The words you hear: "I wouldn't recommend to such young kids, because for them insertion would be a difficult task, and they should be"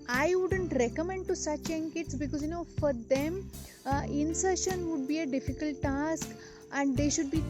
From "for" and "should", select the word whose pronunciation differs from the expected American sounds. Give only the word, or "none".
none